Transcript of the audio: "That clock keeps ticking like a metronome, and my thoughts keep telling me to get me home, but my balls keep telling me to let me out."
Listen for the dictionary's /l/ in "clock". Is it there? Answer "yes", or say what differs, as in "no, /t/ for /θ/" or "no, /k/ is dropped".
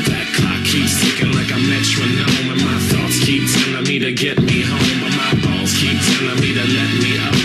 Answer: no, /l/ is dropped